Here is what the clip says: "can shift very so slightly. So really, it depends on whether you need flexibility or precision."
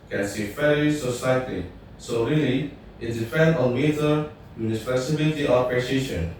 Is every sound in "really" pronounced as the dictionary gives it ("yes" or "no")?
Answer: yes